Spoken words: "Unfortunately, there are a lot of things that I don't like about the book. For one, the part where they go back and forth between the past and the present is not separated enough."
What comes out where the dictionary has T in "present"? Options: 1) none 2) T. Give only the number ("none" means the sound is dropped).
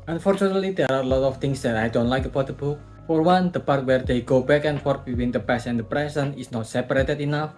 1